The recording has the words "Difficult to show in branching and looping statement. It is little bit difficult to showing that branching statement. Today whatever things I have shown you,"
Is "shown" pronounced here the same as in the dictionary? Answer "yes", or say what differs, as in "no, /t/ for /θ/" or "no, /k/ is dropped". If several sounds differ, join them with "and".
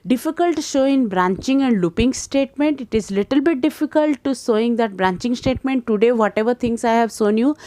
no, /s/ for /ʃ/